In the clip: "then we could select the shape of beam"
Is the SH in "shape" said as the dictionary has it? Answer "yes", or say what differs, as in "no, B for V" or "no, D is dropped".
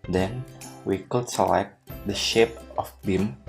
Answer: yes